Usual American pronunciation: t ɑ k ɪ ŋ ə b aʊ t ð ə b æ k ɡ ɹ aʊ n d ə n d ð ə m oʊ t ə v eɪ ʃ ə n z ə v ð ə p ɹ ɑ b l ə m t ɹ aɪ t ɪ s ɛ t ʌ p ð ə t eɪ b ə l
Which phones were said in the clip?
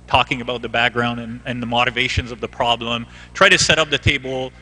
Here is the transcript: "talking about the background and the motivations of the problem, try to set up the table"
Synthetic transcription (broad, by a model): t ɑ k ɪ ŋ ə b aʊ t ð ə b æ k ɡ ɹ aʊ n d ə n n ð ə m oʊ t ə v eɪ ʃ ə n z ə v ð ə p ɹ ɑ b l ə m t ɹ aɪ t ɪ s ɛ t ʌ p ð ə t eɪ b l